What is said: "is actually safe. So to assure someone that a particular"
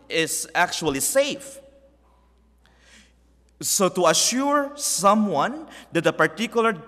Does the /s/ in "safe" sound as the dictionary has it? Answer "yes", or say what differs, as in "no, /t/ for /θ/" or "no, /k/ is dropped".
yes